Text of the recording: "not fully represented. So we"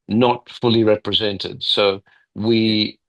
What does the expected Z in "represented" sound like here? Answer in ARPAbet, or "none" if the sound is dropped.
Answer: Z